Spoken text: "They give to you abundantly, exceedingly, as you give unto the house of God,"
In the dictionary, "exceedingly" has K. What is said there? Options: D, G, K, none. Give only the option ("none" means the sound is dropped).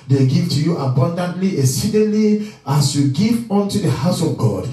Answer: none